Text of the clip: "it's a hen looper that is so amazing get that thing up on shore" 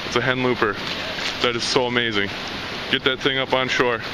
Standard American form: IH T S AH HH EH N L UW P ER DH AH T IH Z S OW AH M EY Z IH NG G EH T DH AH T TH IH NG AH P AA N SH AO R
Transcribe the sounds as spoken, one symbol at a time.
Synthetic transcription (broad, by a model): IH T S AH HH EH N L UW P ER DH AH T IH Z S OW AH M EY Z IH NG G EH T DH AH T TH IH NG AH P N SH AO R